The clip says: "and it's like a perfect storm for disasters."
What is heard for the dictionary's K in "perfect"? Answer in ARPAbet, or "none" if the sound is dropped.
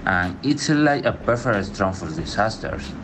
none